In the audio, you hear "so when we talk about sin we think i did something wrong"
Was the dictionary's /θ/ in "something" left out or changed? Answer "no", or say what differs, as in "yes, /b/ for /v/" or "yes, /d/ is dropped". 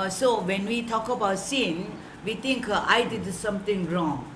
yes, /t/ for /θ/